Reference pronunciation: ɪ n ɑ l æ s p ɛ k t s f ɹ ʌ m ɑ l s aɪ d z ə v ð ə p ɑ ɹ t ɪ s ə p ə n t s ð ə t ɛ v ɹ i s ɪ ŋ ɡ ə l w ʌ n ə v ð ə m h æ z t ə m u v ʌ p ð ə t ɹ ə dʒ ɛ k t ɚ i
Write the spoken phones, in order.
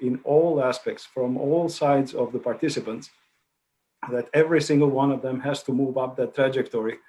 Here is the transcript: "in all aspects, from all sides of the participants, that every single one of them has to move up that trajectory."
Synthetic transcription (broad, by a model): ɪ n ɑ l æ s p ɛ k t s f ɹ ʌ m ɑ l s aɪ d z ə v ð ə p ɑ ɹ t ɪ s ə p ə n t s ð ə t ɛ v ɹ i s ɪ ŋ ɡ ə l w ʌ n ə v ð ə m h æ z t ə m u v ʌ p ð ə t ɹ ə dʒ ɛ k t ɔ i